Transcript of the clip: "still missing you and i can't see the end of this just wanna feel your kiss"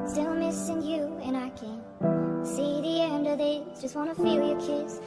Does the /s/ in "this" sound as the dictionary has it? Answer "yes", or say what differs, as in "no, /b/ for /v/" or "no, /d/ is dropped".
no, /s/ is dropped